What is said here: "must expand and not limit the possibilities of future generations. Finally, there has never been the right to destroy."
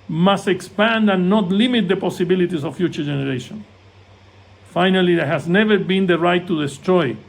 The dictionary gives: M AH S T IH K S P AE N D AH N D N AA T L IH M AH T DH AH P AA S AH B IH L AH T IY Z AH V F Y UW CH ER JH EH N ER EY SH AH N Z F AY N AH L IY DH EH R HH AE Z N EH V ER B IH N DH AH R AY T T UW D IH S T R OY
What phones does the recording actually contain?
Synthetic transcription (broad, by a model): M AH S T IH K S P AE N D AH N N AA T L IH M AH T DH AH P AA S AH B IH L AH T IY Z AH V F Y UW CH ER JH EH N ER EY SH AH N F AY N AH L IY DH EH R HH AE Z N EH V ER B IH N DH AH R AY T T UW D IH S T R OY